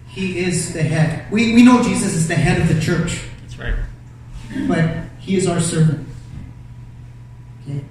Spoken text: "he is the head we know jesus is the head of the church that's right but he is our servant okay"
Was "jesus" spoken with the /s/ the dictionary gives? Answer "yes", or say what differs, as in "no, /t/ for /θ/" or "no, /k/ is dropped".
yes